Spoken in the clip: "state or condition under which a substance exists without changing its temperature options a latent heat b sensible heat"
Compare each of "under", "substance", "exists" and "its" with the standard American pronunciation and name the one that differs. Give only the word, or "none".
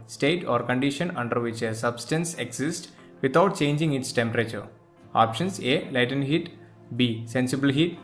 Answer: exists